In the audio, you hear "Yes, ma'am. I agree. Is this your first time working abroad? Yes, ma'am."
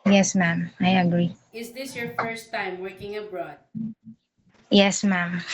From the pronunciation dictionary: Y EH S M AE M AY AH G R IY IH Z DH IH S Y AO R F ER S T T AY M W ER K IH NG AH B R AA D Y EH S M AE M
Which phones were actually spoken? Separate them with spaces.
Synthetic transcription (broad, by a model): Y EH S M AE M AY AH G R IY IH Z DH IH S Y AO R F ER S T T AY M W ER K IH NG AH B R AA D Y EH S M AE M